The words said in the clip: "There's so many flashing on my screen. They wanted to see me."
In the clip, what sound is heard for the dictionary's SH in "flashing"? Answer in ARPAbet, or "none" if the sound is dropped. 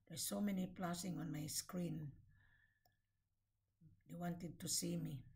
S